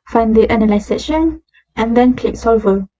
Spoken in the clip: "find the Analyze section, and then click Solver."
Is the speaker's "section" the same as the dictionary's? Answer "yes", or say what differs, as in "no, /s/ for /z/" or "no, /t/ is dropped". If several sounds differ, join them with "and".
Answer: no, /k/ is dropped